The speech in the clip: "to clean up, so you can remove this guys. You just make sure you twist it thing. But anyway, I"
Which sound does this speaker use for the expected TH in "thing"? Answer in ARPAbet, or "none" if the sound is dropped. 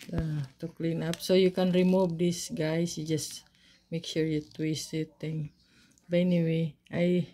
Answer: T